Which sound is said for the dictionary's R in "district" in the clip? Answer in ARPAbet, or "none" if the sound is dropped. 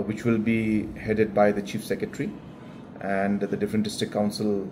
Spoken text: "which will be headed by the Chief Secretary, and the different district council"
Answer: none